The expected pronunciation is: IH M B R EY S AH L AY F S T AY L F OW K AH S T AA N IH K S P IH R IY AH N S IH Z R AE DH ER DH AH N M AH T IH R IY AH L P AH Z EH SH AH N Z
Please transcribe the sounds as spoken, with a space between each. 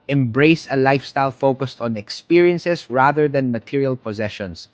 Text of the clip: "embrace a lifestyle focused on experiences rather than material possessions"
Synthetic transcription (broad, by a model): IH M B R EY S AH L AY F S T AY L F OW K AH S T AA N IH K S P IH R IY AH N S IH S R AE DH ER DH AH N M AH T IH R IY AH L P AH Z EH SH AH N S